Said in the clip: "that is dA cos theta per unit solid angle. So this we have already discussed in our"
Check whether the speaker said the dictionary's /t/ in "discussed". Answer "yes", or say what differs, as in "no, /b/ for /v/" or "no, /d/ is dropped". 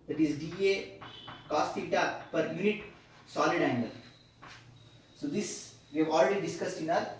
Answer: yes